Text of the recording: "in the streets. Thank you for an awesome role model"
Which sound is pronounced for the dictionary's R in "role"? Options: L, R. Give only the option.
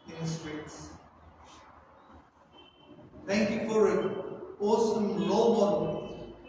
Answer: L